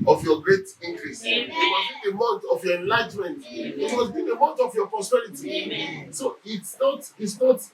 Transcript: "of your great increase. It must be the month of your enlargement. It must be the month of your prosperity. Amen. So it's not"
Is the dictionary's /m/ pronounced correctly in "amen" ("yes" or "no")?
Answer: no